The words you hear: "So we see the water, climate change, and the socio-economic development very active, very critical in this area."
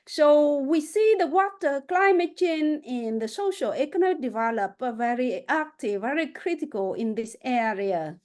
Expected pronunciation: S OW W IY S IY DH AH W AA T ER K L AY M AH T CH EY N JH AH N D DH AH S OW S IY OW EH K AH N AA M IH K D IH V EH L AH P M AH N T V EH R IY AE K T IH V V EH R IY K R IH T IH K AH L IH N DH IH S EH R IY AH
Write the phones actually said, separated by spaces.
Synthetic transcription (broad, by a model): S OW W IY S IY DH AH W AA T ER K L AY M AH T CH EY N AH N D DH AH S OW SH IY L EH K AH N AA M IH K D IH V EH L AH P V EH R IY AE K T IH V V EH R IY K R IH T IH K AH L IH N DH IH S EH R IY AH